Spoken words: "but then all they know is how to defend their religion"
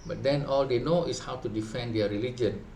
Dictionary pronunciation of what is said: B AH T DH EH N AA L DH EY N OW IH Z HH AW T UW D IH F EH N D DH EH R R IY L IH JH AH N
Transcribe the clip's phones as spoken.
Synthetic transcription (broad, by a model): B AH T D EH N AA L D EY N OW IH S HH AW T UW D IH F EH N D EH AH R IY L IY JH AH N